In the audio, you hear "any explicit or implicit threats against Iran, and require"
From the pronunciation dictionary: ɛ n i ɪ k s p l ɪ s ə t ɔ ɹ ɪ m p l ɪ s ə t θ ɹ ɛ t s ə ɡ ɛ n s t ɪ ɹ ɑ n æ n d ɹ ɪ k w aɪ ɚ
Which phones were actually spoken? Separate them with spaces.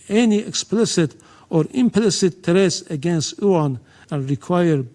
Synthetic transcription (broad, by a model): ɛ n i ɪ k s p l ɪ s ə t ɔ ɹ ɪ m p l ɪ s ə t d ɹ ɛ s ə ɡ ɛ n s t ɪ ɑ n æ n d ɹ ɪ k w aɪ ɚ